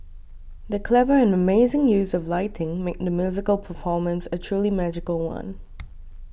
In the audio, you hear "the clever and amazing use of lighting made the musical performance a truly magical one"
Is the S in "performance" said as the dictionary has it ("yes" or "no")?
yes